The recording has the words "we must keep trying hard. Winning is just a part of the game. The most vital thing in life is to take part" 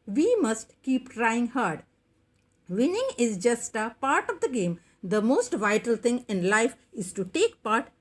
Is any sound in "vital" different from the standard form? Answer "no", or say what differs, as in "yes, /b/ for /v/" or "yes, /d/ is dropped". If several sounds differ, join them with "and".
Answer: no